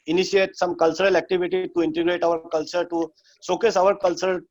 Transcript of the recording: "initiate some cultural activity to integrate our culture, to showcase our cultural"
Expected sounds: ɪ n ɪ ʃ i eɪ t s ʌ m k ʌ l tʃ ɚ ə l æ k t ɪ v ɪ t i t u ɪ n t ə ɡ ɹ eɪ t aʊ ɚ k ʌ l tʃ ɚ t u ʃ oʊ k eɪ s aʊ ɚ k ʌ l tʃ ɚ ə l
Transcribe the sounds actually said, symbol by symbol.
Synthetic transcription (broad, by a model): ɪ n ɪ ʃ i eɪ t s ʌ m k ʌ l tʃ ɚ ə l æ k t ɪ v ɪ t i t u ɪ n t ə ɡ ɹ eɪ t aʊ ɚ k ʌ l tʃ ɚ t u s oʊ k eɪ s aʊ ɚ k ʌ l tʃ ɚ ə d